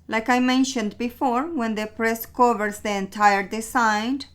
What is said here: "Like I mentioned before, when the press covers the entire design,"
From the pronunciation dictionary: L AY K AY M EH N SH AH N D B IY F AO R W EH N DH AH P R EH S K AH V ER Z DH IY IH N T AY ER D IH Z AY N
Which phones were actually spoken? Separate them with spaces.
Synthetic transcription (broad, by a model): L AY K AY M EH N SH AH N D B IY F AO R W EH N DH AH P R EH S K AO V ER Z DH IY IH N T AY ER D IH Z AY N